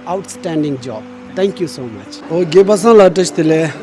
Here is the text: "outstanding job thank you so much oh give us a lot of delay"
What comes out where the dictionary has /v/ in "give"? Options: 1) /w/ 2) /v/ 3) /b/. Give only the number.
3